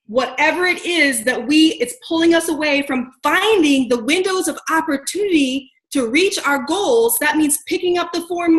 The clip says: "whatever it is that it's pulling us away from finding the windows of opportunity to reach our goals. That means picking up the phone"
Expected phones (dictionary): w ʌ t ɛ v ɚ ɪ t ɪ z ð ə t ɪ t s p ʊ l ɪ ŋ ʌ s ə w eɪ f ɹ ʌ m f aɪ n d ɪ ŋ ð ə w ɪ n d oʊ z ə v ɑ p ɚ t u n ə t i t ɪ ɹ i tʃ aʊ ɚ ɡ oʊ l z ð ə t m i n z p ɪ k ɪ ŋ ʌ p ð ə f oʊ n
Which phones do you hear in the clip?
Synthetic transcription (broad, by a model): w ʌ t ɛ v ɚ ɪ t ɪ z ð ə t ɪ t s p ʊ l ɪ ŋ ʌ s ə w eɪ f ɹ ʌ m f aɪ n d ɪ ŋ ð ə w ɪ n d oʊ z ə v ɑ p ɚ t u n ə t i t ɪ ɹ i tʃ aʊ ɚ ɡ oʊ l z ð ə t m i n z p ɪ k ɪ ŋ ʌ p ð ə f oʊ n